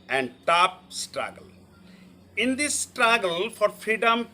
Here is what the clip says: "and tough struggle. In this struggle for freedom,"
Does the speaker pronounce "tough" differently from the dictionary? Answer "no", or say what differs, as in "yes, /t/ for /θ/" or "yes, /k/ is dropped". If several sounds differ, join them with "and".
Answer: yes, /p/ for /f/